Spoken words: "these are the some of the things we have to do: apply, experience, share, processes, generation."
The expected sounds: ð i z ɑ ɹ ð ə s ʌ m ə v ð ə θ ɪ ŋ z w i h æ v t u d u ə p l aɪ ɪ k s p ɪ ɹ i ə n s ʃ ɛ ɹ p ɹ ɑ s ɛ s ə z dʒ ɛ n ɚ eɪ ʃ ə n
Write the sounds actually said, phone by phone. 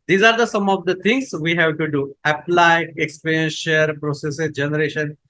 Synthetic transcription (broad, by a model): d i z ɑ ɹ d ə s ʌ m ə v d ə t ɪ ŋ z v i h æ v t u d u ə p l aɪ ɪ k s p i ɹ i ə n s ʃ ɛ ɹ p ɹ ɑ s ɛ s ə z dʒ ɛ n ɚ eɪ ʃ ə n